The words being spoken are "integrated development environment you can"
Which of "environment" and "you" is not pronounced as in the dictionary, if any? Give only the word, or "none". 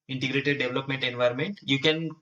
none